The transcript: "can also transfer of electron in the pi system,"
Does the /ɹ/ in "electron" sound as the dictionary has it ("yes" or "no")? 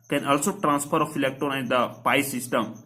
no